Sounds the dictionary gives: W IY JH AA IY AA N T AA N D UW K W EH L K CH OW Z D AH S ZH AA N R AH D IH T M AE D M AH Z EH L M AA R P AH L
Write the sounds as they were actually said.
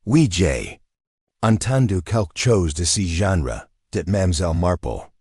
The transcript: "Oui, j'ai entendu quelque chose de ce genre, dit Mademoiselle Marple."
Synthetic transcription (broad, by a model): W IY JH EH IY AA N T AA N D UW K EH L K CH OW Z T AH S ZH AA N R AH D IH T M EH M Z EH L M AA R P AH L